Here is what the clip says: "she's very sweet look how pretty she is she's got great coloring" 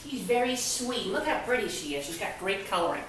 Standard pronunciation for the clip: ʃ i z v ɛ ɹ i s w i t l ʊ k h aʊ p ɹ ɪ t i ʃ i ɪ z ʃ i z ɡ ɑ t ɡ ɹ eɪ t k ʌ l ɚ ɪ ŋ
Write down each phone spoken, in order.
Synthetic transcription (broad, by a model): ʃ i z v ɛ ɹ i s w i t l ʊ k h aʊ b ɹ ɪ t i ʃ i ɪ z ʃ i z ɡ ɑ t ɡ ɹ eɪ t k ʌ l ɚ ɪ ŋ